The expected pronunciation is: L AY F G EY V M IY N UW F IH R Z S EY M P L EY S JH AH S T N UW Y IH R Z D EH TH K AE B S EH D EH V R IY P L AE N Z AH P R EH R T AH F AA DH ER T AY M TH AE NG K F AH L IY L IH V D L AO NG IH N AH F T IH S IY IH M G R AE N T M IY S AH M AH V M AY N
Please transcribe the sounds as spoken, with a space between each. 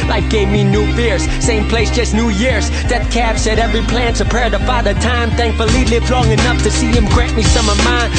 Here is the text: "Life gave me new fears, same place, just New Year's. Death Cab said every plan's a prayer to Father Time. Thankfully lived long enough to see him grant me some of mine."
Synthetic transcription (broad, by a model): L AY F G EY V M IY N UW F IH R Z S EY M P L EY S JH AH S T N UW Y IH R Z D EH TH K AE B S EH D EH V R IY P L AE N S AH P EH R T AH F AA DH ER T AY M TH AE NG K F AH L IY L IH V D L AO NG IH N AH F T IH S IY IH M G R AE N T M IY S AH M AH V M AY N